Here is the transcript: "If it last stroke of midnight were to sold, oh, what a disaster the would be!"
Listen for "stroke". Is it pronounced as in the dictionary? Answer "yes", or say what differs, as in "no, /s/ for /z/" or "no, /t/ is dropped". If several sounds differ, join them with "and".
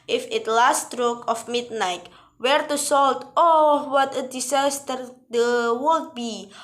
yes